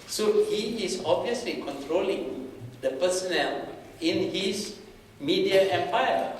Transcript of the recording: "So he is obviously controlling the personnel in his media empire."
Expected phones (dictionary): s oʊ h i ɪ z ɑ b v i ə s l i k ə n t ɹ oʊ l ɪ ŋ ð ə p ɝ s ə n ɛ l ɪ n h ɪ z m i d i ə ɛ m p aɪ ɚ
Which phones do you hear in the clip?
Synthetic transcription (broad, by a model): s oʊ h i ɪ s ɑ b v i ə s l i k ə n t ɹ oʊ l ɪ ŋ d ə p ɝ s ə n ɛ l ɪ n h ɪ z m i d i ə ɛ m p aɪ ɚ